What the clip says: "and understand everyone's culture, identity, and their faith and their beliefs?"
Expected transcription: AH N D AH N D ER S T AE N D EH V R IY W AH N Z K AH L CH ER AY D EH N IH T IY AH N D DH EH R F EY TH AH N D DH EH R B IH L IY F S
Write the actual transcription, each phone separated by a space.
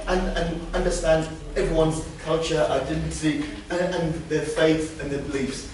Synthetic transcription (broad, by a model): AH N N AH N D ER S T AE N D EH V R IY W AH N Z K AH L CH ER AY D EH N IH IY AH N DH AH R F EY TH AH N DH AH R B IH L IY F S